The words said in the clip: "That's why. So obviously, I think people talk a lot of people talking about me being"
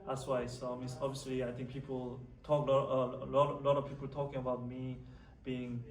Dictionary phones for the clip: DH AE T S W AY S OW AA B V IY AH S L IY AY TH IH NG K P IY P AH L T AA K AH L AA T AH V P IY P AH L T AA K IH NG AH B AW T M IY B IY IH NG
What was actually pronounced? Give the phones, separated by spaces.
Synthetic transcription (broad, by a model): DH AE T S W AY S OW AA B V IY AH S L IY AY T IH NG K P IY P AH L T AA K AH L AA T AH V P IY P AH L T AA K IH NG AH B AW T M IY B IY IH NG